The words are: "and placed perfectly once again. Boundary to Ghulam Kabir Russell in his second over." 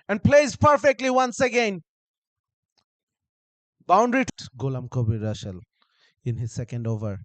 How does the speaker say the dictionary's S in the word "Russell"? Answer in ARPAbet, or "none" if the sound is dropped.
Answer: SH